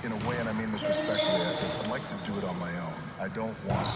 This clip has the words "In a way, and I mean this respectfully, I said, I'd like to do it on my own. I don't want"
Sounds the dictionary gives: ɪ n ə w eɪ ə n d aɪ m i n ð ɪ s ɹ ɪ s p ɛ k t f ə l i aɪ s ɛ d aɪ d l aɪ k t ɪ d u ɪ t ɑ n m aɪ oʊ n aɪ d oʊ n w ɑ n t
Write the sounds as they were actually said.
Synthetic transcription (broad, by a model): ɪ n ə w eɪ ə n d aɪ m i n ð ɪ s ɹ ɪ s p ɛ k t ə i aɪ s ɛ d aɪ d l aɪ k t ɪ d ɪ t n m aɪ oʊ n aɪ d oʊ n w ɑ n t